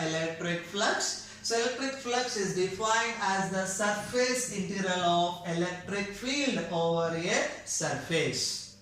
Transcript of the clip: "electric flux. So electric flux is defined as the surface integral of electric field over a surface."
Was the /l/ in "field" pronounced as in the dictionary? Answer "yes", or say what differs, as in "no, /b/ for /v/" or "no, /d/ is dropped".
yes